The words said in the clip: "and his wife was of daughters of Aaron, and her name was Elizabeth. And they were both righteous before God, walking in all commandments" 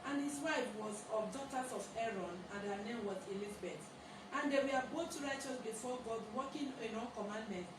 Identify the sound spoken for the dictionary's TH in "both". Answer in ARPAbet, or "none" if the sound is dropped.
T